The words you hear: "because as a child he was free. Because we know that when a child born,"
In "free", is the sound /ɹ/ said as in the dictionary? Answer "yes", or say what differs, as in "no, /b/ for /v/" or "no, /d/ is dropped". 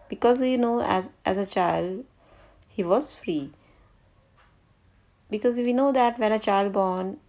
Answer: yes